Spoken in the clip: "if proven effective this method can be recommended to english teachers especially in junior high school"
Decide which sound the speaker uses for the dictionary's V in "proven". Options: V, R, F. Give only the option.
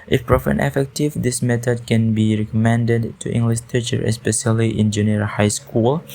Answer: F